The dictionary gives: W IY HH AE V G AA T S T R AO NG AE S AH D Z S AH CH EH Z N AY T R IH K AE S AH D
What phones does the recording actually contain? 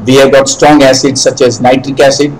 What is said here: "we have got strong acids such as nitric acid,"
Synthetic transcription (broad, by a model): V IY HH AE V G AA T S T R AO NG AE S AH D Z S AH CH EH Z N AY T R IH K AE S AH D